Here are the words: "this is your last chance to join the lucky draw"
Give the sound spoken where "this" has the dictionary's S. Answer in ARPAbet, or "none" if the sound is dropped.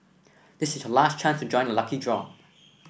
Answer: S